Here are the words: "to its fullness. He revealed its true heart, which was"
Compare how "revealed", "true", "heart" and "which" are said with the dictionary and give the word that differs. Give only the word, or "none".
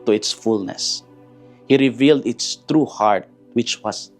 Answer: none